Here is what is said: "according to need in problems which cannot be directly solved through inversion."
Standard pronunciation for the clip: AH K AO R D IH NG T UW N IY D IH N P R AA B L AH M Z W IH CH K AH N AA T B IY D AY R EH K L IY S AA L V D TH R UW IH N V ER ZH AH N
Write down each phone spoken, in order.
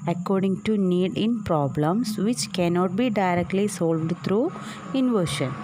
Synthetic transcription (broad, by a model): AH K AO R D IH NG T UW N IY D IH N P R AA B L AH M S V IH CH K AH N AA T B IY D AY R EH K L IY S AA L V D T R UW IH N V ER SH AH N